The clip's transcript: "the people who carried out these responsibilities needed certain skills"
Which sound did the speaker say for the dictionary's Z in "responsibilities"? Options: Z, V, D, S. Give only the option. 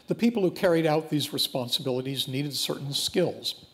Z